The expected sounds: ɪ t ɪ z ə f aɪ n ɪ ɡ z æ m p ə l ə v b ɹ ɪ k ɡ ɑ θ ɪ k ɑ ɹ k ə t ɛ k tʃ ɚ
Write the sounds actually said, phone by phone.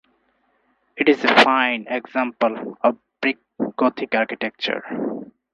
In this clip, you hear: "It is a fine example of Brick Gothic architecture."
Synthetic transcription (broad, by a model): ɪ t ɪ z ə f aɪ n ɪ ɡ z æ m p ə l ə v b ɹ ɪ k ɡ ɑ t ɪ k ɑ ɹ k ə t ɛ k tʃ ɚ